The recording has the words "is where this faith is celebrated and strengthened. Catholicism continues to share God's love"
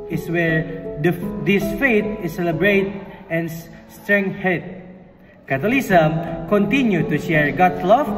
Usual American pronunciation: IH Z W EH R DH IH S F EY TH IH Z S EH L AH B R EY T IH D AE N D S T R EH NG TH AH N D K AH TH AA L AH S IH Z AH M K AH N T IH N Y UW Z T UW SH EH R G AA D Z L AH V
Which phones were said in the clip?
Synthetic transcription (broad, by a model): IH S W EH R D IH S F EY T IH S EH L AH B R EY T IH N S T R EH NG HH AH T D K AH T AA L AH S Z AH M K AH N T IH N Y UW T UW SH EH R G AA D S L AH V